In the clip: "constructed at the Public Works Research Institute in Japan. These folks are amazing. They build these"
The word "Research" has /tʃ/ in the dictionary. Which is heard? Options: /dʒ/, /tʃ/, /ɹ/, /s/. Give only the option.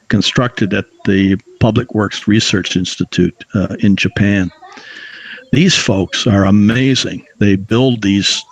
/tʃ/